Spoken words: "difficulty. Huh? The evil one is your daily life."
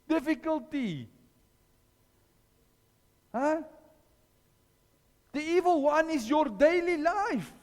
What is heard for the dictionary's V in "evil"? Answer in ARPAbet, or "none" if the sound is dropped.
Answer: V